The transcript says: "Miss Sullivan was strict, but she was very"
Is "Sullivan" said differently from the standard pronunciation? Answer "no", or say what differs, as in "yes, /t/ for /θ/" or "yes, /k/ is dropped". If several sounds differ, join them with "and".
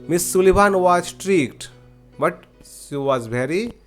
yes, /b/ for /v/